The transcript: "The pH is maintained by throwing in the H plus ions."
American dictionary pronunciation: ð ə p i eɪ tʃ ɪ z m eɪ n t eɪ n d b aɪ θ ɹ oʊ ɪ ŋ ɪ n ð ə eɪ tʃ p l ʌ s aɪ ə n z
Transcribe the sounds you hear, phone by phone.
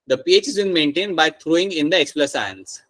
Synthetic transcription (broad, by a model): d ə p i eɪ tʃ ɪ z m eɪ n t eɪ n d b aɪ t ɹ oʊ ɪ ŋ ɪ n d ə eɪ s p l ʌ s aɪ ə n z